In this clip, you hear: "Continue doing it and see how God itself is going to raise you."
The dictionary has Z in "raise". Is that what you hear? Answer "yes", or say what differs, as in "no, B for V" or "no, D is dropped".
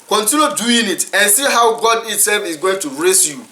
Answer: no, S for Z